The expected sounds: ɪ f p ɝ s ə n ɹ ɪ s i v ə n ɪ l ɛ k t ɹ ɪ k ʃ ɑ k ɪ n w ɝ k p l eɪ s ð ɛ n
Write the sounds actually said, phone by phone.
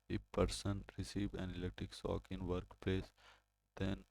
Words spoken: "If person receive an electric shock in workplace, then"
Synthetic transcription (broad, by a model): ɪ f p ɝ s ə n ɹ ɪ s i v ə n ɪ l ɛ t ɪ k s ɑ k ɪ n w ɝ k p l eɪ s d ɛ n